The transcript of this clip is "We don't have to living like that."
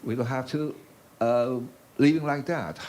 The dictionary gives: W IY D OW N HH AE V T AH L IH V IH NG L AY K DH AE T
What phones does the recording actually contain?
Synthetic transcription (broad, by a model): W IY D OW L HH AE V T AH L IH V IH NG L AY K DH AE T